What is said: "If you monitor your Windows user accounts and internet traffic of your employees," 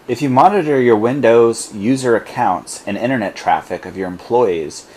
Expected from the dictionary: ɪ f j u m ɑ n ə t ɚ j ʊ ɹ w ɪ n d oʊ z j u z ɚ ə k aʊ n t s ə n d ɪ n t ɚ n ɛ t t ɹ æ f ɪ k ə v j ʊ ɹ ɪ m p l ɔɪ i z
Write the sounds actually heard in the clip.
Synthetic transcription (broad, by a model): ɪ f j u m ɑ n ə t ɚ j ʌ ɹ w ɪ n d oʊ z j u z ɚ ə k aʊ n t s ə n ɪ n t ɚ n ɛ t t ɹ æ f ɪ k ə v j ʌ ɹ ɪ m p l ɔɪ i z